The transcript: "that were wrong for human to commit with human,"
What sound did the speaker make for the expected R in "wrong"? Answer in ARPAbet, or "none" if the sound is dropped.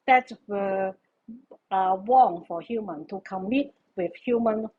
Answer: W